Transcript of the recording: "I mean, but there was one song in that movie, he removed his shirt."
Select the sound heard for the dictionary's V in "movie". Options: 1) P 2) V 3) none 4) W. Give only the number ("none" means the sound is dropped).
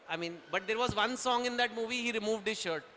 2